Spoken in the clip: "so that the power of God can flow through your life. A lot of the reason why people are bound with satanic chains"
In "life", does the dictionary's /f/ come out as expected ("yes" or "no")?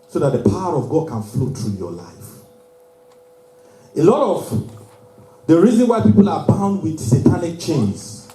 yes